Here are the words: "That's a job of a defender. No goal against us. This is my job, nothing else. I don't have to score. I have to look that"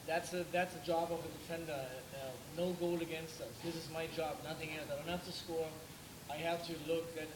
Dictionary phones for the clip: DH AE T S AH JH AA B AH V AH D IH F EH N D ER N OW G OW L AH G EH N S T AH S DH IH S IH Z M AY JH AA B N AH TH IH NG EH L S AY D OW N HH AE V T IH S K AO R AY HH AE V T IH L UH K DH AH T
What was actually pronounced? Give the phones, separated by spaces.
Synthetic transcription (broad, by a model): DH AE T S AH JH AA B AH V AH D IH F EH N D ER N OW G OW L AH G EH N S T AH S DH IH S IH Z M AY JH AA B N AH TH IH NG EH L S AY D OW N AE F T IH S K AO R AY HH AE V T IH L UH K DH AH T